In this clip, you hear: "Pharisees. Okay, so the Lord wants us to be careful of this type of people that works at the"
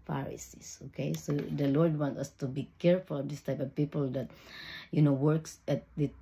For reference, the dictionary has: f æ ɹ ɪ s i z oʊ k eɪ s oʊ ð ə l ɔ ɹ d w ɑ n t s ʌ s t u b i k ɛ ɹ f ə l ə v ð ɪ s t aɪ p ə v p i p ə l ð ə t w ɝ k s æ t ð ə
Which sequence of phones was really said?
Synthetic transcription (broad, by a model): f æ ɹ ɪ s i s oʊ k eɪ s oʊ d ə l ɔ ɹ d w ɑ n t ʌ s t u b i k ɛ ɹ f ə l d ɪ s t aɪ p ə v p i p ə l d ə t w ɝ k s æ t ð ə